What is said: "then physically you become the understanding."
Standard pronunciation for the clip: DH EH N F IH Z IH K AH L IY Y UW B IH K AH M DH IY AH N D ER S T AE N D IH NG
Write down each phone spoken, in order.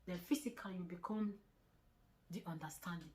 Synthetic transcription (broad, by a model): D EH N F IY S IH K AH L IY Y UW B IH K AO M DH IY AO N D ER S T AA N D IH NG